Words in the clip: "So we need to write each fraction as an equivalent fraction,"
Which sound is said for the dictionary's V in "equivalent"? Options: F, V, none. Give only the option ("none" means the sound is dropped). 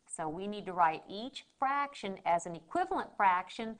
V